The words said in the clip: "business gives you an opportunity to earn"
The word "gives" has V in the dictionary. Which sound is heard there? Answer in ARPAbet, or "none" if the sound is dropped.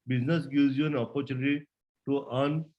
none